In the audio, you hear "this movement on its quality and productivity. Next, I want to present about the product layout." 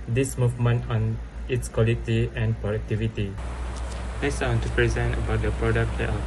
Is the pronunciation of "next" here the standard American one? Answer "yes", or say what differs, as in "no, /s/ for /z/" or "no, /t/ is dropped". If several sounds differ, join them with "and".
no, /k/ is dropped